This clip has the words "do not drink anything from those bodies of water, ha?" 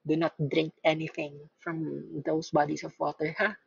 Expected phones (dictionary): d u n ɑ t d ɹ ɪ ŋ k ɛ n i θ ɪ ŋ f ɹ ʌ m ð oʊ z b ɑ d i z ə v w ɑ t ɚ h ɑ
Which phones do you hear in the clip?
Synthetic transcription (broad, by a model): d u n ɑ t d ɹ ɪ ŋ k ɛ n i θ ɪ ŋ f ɹ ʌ m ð oʊ s b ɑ d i s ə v w ɑ t ɚ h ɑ